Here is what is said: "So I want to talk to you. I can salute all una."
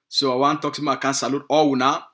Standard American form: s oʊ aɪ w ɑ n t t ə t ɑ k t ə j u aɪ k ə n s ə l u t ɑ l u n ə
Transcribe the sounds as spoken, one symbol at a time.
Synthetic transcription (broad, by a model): s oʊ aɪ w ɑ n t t t ɑ k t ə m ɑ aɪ k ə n s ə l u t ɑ w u n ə